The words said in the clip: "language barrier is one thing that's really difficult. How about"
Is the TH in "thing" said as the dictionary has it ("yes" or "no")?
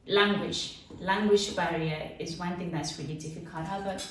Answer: yes